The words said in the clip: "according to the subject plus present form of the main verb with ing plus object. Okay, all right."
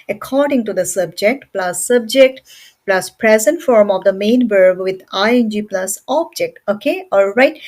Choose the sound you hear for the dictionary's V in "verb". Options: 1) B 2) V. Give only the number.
1